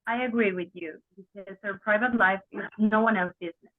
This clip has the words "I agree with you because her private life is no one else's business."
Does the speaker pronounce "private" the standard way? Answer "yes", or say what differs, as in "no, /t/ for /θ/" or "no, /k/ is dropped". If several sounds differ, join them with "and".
yes